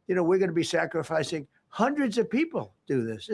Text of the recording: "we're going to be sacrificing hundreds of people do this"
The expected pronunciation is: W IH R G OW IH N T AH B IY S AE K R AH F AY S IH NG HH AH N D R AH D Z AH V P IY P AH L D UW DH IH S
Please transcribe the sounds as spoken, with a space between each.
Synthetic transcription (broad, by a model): W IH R G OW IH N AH B IY S AE K R AH F AY S IH NG HH AH N D R AH D Z AH V P IY P L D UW DH IH S